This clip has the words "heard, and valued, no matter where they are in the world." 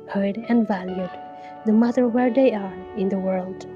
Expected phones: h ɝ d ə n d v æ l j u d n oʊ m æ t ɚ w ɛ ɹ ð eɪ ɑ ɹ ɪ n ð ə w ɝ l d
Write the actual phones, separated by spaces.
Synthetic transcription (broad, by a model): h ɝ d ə n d v æ l j u d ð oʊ m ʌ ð ɚ w ɛ ɹ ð eɪ ɑ ɹ ɪ n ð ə w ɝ l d